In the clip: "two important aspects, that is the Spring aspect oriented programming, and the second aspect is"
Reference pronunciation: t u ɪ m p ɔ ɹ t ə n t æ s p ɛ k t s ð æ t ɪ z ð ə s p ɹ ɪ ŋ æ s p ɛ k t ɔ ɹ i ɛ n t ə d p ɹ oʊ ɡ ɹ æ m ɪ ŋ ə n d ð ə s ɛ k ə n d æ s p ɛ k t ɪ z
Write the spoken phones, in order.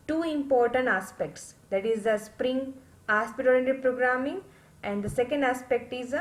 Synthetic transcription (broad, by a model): t u ɪ m p ɔ ɹ t ə n t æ s p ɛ k t s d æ t ɪ z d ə s p ɹ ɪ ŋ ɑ s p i t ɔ l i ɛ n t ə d p ɹ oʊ ɡ ɹ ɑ m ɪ ŋ ə n d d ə s ɛ k ə n d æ s p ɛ k t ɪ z